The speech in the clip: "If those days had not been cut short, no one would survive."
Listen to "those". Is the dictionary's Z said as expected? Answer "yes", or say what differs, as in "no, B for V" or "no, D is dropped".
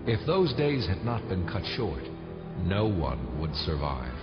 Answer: yes